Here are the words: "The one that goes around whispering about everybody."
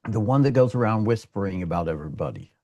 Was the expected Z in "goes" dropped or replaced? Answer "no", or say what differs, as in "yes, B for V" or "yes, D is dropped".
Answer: no